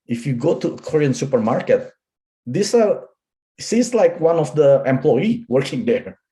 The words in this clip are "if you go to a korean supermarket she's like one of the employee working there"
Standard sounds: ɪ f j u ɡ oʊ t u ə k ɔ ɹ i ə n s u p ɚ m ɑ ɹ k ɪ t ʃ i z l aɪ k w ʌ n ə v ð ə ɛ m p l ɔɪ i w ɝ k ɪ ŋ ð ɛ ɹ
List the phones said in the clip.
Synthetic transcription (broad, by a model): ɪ f j u ɡ oʊ t u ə k ɔ ɹ i ə n s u p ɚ m ɑ ɹ k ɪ t s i s l aɪ k w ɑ n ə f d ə ɛ m p l ɔɪ i w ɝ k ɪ ŋ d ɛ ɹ